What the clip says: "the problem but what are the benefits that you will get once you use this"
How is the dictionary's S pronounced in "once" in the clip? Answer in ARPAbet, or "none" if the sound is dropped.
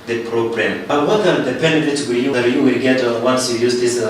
S